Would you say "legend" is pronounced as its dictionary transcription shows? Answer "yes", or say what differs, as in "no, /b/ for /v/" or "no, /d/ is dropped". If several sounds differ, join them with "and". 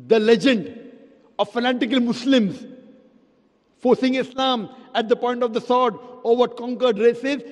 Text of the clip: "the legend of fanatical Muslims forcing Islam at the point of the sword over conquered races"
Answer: yes